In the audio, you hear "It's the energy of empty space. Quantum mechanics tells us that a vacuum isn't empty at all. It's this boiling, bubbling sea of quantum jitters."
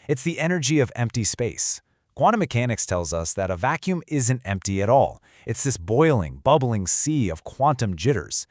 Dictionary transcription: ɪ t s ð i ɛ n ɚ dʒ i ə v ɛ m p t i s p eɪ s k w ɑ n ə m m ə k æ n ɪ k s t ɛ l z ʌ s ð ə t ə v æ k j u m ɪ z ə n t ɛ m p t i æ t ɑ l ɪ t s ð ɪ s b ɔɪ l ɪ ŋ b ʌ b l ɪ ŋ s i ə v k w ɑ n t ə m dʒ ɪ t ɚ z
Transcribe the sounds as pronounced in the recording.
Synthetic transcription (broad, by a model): ɪ t s ð i ɛ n ɚ dʒ i ə v ɛ m p t i s p eɪ s k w ɑ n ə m m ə k æ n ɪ k s t ɛ l z ʌ s ð ə t ə v æ k j u m ɪ z ə n t ɛ m p t i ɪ t ɑ l ɪ t s ð ɪ s b ɔɪ l ɪ ŋ b ʌ b l ɪ ŋ s i ə v k w ɑ n t ə m dʒ ɪ t ɚ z